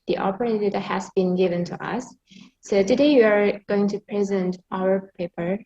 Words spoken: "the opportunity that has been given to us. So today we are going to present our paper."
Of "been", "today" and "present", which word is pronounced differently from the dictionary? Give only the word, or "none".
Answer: none